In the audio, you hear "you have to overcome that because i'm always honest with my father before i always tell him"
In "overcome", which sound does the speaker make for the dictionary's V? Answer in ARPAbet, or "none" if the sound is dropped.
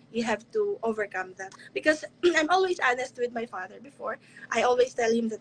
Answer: V